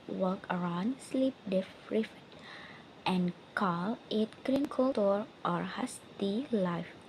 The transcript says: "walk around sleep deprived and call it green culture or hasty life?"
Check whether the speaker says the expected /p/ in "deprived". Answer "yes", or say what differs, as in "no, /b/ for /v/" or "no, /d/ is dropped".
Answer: no, /f/ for /p/